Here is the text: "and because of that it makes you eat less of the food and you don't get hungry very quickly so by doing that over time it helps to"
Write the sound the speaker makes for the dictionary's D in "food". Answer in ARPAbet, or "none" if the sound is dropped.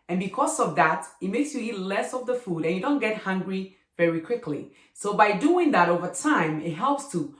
D